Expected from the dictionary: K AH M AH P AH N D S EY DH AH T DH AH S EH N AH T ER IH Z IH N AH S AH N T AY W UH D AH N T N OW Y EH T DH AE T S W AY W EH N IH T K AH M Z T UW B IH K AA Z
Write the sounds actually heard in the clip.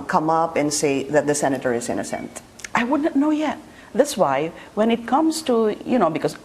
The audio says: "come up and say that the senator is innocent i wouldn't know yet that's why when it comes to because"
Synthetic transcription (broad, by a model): K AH M AH P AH N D S EY DH AH T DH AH S EH N AH T ER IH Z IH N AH S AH N T AY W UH D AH T N OW Y EH T DH AE T S W AY W EH N IH T K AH M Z T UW B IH K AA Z